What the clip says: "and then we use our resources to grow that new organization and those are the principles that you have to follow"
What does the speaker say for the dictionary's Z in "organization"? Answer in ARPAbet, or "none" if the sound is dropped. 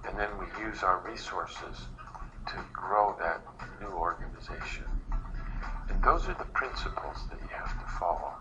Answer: Z